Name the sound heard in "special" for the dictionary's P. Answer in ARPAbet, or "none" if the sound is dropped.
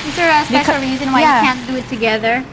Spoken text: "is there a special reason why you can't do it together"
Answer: B